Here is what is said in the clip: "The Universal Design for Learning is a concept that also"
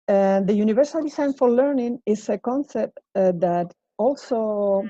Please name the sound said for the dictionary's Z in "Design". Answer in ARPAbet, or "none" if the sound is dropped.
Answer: S